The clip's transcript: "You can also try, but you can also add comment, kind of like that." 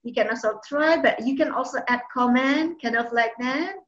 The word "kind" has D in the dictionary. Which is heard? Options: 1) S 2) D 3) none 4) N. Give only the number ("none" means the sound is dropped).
3